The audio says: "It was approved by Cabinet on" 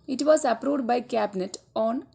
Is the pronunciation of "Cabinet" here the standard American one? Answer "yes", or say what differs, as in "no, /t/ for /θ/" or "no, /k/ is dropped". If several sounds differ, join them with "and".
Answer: yes